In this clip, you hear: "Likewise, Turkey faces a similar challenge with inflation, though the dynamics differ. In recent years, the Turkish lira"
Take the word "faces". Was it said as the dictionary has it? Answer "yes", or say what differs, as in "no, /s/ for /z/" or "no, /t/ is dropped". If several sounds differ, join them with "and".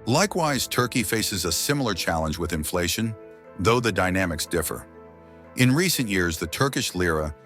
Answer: yes